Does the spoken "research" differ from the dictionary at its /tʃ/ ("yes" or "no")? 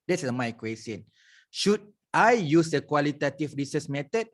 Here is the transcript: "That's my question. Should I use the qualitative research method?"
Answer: yes